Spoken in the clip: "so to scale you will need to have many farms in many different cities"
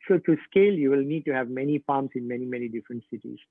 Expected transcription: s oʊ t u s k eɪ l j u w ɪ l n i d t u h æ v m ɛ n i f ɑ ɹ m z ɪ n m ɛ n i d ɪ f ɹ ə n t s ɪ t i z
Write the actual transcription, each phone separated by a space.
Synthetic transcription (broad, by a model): s oʊ t u s k eɪ l j u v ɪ l n i d t u h æ v m ɛ n i f ɑ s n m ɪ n m ɛ n i d ɪ f ɹ ə n t s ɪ t i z